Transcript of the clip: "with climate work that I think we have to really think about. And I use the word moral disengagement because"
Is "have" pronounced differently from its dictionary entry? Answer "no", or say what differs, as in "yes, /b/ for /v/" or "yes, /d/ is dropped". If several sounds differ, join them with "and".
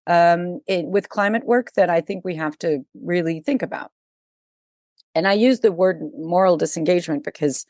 yes, /f/ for /v/